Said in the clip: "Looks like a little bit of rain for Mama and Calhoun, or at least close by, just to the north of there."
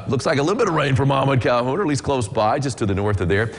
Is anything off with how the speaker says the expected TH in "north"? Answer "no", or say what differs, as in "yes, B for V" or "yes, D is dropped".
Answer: no